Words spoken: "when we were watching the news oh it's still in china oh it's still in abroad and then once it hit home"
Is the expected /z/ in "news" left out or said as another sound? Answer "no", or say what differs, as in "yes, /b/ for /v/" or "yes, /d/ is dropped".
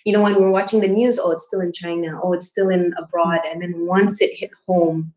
no